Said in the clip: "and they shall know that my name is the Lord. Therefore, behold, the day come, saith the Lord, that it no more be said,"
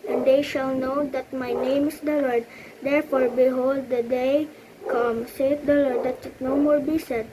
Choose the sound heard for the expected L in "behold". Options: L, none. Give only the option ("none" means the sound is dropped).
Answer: L